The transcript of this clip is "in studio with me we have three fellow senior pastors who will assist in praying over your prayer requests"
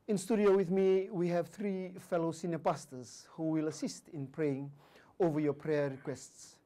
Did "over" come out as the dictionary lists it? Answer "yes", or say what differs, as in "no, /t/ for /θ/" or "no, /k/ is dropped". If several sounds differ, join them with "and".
yes